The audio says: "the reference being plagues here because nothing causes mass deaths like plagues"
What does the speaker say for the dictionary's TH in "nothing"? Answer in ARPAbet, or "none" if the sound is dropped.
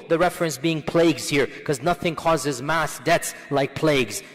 TH